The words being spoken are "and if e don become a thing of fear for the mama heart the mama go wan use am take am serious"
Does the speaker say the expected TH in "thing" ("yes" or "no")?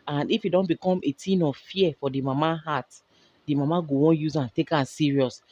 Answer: no